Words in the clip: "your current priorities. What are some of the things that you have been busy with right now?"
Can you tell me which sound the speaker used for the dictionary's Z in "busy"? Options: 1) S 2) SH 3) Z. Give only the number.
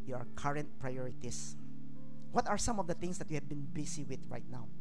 1